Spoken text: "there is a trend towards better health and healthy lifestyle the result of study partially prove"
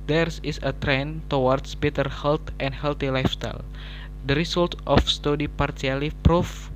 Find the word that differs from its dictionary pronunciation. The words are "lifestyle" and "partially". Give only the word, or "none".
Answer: partially